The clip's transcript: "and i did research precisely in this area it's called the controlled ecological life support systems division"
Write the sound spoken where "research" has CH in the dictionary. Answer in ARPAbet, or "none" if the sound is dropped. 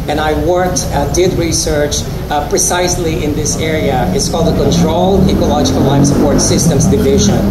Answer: CH